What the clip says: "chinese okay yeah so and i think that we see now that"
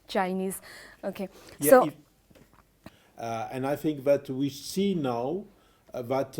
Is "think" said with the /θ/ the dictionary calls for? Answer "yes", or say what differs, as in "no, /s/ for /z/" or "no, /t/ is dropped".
yes